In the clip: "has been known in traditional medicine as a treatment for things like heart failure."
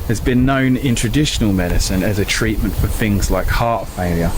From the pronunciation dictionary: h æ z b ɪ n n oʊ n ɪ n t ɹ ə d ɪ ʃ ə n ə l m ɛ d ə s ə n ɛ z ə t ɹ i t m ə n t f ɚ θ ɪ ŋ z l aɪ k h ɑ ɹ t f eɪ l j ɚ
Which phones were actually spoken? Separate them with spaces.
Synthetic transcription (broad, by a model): h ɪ z b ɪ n n oʊ n ɪ n t ɹ ə d ɪ ʃ ə n ə l m ɛ d ə s ə n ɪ z ə t ɹ i t m ə n t f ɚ θ ɪ ŋ z l aɪ k h ɑ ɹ t f eɪ l j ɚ